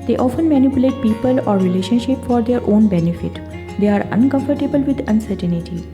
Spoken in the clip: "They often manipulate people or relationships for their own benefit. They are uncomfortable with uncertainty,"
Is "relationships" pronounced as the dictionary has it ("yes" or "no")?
no